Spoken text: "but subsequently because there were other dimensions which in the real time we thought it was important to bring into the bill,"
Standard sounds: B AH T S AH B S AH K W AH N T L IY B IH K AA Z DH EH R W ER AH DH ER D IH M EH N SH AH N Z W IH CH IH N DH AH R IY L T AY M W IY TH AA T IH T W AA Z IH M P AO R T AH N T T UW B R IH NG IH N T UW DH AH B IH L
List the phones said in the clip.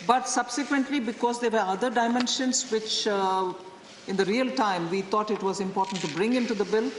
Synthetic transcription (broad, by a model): B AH T S AH B S AH K W AH N T L IY B IH K AA Z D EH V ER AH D ER D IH M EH N SH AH N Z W IH CH IH N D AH R IY L T AY M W IY T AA T IH T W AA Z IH M P AO R T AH N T T UW B R IH NG IH N T UW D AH B IH L